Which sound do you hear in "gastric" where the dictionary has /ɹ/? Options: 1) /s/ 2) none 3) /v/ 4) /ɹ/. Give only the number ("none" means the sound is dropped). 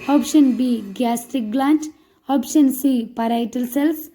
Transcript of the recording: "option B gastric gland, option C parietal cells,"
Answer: 2